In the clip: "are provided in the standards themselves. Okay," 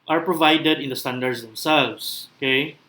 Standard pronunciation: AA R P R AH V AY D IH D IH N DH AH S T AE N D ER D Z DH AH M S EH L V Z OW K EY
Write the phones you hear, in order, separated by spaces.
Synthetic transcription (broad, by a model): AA R P R AH V AY D IH D IH N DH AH S T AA N D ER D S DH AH M S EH L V S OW K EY